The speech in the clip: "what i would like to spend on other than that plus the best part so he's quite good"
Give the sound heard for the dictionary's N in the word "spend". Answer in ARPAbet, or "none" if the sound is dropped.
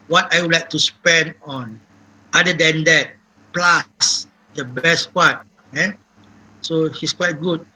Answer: N